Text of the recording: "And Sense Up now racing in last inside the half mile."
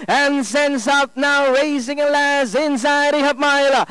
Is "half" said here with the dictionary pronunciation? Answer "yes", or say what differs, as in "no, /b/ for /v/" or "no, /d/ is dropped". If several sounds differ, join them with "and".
no, /p/ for /f/